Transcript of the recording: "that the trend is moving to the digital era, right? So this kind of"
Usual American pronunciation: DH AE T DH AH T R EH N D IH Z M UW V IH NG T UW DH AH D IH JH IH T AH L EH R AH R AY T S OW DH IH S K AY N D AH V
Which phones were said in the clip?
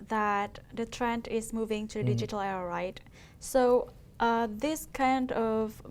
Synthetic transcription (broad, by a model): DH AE T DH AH T R EH N D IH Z M UW V IH NG T UW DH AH D IH JH IH T AH L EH AH R AY T S OW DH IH S K AY N D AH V